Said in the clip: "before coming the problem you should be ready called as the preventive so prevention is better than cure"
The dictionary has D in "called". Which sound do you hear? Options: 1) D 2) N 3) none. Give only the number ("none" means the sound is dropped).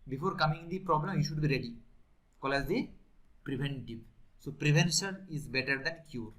3